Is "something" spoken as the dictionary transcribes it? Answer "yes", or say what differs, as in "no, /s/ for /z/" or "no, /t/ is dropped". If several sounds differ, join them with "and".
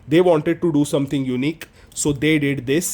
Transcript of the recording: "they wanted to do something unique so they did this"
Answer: no, /t/ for /θ/